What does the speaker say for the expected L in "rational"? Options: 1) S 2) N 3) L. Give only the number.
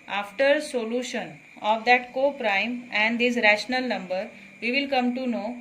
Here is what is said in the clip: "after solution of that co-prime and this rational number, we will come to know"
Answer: 3